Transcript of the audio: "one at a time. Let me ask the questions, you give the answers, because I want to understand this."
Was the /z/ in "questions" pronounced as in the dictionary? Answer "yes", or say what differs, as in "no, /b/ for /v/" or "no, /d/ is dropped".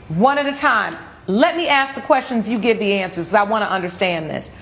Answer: yes